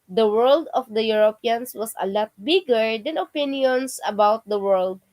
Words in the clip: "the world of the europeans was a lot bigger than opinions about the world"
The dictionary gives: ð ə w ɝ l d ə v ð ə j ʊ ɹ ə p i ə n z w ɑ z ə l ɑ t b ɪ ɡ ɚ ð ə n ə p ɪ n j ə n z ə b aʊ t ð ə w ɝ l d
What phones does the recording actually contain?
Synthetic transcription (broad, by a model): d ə w ɝ l d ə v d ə j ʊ ɹ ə p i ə n s w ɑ s ə l ɑ t b ɪ ɡ ɚ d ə n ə p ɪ n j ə n s ə b aʊ t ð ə w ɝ l d